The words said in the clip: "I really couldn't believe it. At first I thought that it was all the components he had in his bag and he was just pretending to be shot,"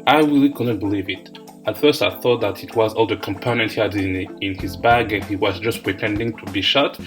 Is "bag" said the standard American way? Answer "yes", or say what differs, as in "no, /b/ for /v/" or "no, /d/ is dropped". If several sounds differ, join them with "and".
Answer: yes